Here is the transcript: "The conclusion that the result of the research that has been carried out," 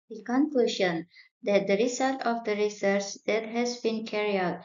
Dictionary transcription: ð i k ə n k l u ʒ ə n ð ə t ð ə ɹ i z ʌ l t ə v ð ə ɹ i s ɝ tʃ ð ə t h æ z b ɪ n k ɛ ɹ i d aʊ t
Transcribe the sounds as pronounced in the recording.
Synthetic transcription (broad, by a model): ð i k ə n k l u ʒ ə n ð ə t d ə ɹ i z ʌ l t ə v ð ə ɹ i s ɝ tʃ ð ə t h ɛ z b ɪ n k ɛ ɹ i aʊ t